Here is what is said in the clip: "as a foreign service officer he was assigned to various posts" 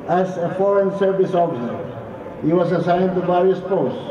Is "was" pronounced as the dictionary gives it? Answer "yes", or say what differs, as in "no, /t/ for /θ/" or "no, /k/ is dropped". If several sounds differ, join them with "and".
no, /s/ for /z/